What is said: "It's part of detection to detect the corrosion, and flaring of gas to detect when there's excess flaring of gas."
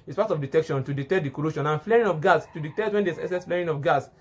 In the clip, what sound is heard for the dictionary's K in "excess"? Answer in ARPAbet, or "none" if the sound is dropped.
none